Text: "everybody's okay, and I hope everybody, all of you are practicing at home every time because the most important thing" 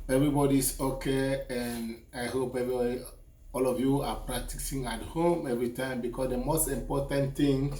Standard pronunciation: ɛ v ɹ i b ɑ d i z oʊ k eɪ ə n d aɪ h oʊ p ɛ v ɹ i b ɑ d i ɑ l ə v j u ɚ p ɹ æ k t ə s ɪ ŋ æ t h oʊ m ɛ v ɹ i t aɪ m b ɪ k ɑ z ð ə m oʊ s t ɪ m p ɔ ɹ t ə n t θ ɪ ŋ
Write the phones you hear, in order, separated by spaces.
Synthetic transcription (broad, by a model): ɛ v ɹ i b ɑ d i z oʊ k eɪ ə n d aɪ h oʊ p ɛ v ɹ i b ɑ d i ɑ l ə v j u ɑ p ɹ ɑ k t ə s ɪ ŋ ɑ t h oʊ m ɛ v ɹ i t aɪ m b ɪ k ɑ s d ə m oʊ s t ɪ m p ɔ t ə n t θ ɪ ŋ